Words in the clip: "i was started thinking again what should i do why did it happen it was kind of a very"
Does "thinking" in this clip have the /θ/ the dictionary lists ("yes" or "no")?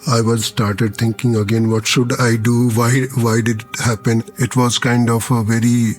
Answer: no